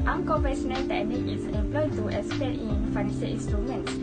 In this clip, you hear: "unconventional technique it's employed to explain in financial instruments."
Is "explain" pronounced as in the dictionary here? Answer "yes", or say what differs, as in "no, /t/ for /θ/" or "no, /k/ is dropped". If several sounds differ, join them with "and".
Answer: no, /k/ is dropped and /l/ is dropped